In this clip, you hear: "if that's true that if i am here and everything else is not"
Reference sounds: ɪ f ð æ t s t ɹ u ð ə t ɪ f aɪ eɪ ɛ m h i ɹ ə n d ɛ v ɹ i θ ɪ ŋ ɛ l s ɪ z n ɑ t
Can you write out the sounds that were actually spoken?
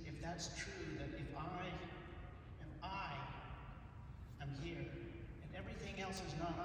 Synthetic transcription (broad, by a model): ɪ f ð æ t s t ɹ u ð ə t ɪ f aɪ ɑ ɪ m h i ɹ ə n ɛ v ɹ i θ ɪ ŋ ɛ l s ɪ z n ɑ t